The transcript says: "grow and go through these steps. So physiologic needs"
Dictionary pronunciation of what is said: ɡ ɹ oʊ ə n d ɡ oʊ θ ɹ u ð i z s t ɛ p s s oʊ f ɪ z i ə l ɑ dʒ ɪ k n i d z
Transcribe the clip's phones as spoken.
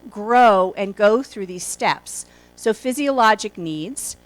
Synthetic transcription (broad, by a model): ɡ ɹ oʊ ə n ɡ oʊ θ ɹ u ð i z s t ɛ p s s oʊ f ɪ z i ə l ɑ dʒ ɪ k n i d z